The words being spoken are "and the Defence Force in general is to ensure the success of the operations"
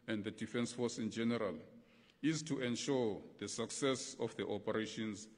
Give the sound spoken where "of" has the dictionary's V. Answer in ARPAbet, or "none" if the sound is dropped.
F